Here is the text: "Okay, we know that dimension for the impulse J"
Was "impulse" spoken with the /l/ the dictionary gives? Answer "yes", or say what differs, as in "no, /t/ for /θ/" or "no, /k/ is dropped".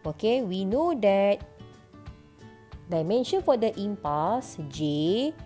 no, /l/ is dropped